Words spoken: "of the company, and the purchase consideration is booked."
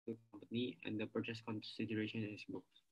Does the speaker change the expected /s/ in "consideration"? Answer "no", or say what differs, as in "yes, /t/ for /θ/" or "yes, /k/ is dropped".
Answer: no